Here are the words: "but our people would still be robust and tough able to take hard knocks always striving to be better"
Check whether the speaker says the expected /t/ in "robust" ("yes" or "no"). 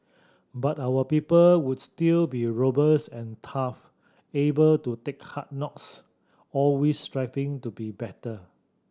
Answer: no